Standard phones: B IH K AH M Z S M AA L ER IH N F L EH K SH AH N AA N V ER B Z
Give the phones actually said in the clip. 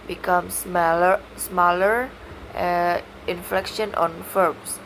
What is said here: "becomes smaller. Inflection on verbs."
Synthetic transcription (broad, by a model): B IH K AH M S S M AA L ER IH N F L EH K SH AH N AA N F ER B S